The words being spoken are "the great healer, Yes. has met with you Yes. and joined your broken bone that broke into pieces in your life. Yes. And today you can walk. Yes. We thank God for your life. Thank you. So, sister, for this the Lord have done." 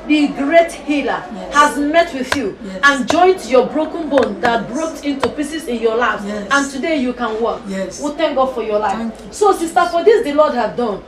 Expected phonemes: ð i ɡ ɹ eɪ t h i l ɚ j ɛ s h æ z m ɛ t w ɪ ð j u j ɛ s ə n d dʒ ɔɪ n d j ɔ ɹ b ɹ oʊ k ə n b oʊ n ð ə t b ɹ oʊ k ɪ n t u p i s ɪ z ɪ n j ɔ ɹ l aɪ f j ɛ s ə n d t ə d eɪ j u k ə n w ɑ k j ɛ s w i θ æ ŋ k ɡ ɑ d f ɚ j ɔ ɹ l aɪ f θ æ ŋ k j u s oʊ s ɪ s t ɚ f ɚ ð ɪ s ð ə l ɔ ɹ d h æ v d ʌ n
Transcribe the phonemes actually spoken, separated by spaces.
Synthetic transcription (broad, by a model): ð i ɡ ɹ eɪ t h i l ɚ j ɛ h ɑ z m ɛ t w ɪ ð j u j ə n dʒ ɔɪ n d j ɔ b ɹ oʊ k ə n b oʊ n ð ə t b ɹ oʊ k ɪ n t u p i s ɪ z ɪ n j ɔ l aɪ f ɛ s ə n t ə d eɪ j u k ə n w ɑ k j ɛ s w i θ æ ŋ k ɡ ɑ d f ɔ j ɔ l aɪ f s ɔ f j u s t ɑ t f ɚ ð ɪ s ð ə l ɔ d h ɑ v d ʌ n